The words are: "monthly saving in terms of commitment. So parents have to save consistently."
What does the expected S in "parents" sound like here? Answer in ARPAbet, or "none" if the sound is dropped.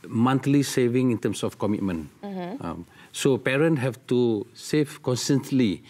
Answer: none